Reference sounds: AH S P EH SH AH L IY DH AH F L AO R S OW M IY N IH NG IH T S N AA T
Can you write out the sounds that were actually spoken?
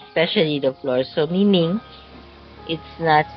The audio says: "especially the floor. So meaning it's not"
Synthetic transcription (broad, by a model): S P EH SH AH L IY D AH F L AO R S OW M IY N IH NG IH T S N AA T